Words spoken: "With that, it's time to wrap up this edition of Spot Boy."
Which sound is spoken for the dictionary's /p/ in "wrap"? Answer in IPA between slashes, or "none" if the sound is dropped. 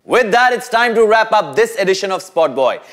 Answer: /p/